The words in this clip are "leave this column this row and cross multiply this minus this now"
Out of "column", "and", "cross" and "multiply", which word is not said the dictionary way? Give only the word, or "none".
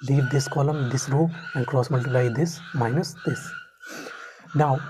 multiply